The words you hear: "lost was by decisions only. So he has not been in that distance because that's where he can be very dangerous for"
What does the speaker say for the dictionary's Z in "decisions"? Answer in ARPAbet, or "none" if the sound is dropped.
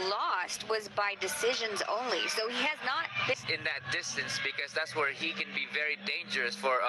Z